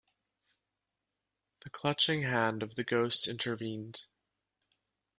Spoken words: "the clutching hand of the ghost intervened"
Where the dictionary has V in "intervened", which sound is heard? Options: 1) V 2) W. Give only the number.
1